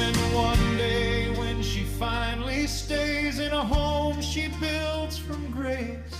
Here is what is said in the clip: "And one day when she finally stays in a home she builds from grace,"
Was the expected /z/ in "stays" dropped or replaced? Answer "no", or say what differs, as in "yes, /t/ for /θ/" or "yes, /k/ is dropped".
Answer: no